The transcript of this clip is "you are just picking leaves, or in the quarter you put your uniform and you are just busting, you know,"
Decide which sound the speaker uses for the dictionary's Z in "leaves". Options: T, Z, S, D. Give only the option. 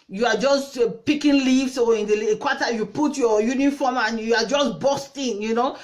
S